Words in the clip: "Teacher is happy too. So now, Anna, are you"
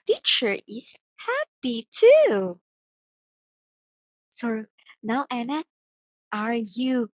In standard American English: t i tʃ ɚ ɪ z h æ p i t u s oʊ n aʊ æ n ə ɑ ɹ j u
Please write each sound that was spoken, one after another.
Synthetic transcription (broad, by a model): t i tʃ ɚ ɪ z h æ p i t u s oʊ n aʊ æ n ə ɑ ɹ j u